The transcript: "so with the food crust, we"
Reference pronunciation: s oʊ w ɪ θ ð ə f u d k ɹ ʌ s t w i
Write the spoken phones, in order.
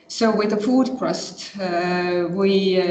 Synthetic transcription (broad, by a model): s oʊ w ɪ ð ə f u d k ɹ ʌ s t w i